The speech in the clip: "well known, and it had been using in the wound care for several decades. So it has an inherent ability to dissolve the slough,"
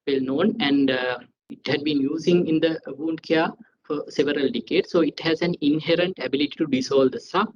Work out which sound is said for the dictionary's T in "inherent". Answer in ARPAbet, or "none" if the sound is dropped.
T